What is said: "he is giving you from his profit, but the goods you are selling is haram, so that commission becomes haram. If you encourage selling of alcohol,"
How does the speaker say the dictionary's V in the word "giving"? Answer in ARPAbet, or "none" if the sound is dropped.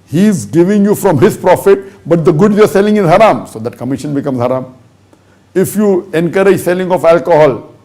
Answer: V